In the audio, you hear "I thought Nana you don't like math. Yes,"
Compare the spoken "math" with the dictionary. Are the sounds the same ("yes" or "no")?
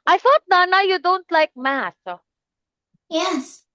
no